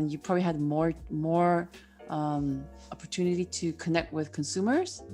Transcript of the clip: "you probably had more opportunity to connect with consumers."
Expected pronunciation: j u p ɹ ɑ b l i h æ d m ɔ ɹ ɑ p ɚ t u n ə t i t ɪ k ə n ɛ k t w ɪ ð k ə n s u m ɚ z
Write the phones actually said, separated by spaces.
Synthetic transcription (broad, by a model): j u p ɹ ɑ b l i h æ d m ɔ ɹ ɑ p ɚ t u n ə t i t ɪ k ə n ɛ k t w ɪ ð k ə n s u m ɚ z